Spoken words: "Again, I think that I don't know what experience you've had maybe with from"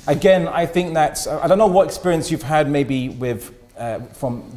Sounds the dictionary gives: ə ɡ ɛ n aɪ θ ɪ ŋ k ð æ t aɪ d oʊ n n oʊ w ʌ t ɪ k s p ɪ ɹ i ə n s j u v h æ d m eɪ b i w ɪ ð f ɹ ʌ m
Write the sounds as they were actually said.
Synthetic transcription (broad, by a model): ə ɡ ɛ n aɪ θ ɪ ŋ k ð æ t aɪ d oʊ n n oʊ w ʌ t ɪ k s p ɪ ɹ i ə n s j u v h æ d m eɪ b i w ɪ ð f ɹ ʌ m